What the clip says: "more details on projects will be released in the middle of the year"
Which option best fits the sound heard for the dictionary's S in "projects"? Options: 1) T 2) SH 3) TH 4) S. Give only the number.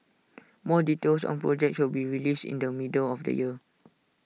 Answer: 2